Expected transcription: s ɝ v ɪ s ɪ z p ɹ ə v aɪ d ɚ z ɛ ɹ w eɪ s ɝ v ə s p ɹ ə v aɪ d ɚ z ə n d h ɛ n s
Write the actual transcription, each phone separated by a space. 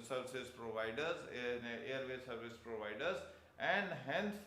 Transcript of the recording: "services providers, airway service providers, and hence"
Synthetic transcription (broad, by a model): s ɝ v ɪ s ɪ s p ɹ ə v aɪ d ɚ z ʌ ɹ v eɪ s ɝ v ə s p ɹ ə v aɪ d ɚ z ə n d h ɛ n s